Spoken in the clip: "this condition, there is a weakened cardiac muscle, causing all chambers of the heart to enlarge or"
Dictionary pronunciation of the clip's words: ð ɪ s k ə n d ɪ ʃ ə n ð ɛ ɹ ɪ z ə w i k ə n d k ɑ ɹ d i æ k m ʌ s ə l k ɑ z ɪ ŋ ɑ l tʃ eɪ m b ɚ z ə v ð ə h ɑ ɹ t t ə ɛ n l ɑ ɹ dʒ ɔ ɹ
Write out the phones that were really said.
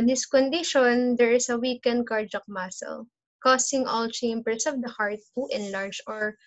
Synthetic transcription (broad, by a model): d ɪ s k ə n d ɪ ʃ ə n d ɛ ɹ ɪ s ə w i k ə n d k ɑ ɹ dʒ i k m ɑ s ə l k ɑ s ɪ ŋ ɑ l tʃ eɪ m b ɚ s ə v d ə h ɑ ɹ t t ɛ n l ɑ ɹ dʒ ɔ ɹ